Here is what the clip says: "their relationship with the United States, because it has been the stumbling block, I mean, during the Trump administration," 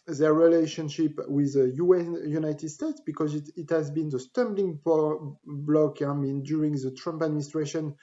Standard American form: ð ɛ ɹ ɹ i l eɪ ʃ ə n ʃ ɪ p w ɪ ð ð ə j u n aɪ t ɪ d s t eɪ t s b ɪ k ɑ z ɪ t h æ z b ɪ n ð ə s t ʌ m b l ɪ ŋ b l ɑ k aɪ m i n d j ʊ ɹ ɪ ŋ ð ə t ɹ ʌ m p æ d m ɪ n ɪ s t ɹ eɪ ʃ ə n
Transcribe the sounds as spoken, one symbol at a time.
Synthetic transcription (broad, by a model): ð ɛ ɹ ɹ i l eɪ ʃ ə n ʃ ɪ p w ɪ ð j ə j u n aɪ t ɪ d s t eɪ t s b ɪ k ɑ z ɪ t h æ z b ɪ n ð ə s t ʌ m b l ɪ ŋ b l ɑ k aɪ m i n d j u ɹ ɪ ŋ ð ə t ɹ ʌ m p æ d m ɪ n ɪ s t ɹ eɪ ʃ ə n